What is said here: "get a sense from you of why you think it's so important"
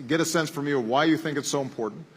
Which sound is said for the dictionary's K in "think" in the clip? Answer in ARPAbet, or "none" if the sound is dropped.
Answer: K